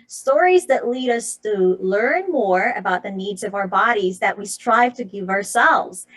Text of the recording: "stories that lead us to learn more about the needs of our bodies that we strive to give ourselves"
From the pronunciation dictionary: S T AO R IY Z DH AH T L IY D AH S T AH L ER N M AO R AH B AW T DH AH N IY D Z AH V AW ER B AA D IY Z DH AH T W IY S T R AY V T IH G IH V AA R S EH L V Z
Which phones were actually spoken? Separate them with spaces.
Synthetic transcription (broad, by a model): S T AO R IY Z DH AH T L IY D AH S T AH L ER N M AO R AH B AW T DH AH N IY D Z AH V AW ER B AA D IY Z DH AH T W IY S T R AY V T IH G IH V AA R S EH L V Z